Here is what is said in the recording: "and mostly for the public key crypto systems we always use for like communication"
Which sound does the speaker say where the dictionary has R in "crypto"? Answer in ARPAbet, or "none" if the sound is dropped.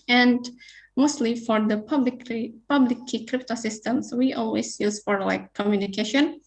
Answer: R